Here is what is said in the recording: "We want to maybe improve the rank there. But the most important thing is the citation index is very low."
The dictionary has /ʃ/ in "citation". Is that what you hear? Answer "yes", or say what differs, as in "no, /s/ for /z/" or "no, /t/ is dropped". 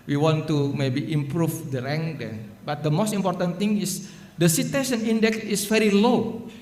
no, /s/ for /ʃ/